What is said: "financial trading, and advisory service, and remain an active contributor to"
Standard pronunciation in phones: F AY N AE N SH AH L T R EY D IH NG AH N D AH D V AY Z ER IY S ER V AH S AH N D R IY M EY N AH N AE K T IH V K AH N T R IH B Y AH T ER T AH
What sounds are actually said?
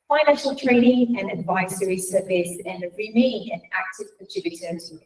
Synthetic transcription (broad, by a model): F AY N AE N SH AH L T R EY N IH NG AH N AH D V AY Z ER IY S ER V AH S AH N R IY M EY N AH N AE K T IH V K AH T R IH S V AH S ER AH